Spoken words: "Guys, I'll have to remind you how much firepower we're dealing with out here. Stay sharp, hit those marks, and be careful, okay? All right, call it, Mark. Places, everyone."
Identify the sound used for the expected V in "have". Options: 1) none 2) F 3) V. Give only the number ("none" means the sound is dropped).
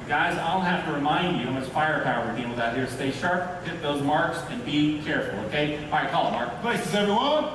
2